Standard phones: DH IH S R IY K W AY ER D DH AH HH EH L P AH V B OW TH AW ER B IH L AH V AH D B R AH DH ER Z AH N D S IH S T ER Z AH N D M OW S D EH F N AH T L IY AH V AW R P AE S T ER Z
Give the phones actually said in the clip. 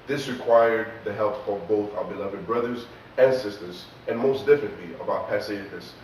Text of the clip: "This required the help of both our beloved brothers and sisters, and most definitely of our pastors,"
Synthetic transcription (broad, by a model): DH IH S R IY K W AY ER D DH AH HH EH L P AH V B OW TH AW ER B IH L AH V AH D B R AH DH ER Z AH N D S IH S T ER Z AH N M OW S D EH F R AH T L IY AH B AW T P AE S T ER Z